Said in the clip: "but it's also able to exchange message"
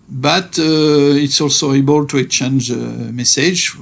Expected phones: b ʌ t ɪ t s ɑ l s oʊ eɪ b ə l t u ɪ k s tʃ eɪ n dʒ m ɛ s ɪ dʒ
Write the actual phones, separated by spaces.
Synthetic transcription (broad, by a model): b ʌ t ɪ t s ɑ l s oʊ eɪ b ə l t u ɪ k tʃ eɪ n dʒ m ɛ s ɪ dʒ